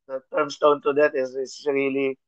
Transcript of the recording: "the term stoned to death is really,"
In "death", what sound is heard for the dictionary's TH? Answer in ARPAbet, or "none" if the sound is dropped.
T